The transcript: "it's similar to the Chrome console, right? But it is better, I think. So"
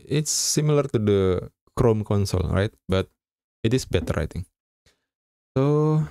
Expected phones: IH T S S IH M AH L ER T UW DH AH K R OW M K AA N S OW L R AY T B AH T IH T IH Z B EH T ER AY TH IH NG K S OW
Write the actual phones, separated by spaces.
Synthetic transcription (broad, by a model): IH T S S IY M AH L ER T UW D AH K R OW M K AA N S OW L R AY T B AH T IH T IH S B EH T ER AY T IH NG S OW